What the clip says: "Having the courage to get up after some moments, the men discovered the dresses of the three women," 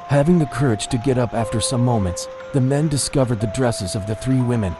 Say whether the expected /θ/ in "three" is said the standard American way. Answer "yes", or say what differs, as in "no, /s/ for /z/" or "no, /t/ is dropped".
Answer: yes